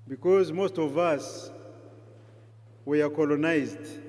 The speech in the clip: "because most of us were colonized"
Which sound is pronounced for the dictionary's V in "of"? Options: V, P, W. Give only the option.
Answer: V